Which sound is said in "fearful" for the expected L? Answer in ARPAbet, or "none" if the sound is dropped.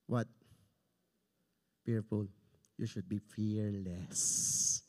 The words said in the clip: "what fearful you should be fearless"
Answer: N